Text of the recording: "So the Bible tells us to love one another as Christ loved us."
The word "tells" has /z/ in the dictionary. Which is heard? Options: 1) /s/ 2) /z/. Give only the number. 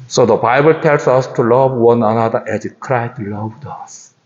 1